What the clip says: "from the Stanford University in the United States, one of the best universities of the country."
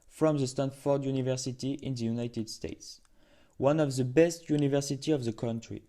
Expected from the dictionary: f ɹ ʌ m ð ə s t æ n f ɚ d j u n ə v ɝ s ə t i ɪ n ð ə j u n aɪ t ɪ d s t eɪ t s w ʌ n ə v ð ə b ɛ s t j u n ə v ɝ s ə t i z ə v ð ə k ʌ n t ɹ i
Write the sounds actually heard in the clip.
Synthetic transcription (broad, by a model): f ɹ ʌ m ð ə s t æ n f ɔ d j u n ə v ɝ s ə t i ɪ n ð ə j u n aɪ t ɪ d s t eɪ t s w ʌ n ə v ð ə b ɛ s t j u n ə v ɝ s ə t i ə v ð ə k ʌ n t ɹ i